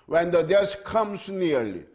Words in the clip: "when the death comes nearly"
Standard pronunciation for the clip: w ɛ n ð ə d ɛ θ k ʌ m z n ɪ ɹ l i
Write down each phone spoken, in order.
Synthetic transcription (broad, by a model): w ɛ n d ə d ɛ s k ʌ m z n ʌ ɹ l i